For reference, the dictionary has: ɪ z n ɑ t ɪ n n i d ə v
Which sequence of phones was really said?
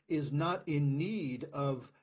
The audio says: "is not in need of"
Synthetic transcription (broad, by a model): ɪ z n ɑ t ɪ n n i d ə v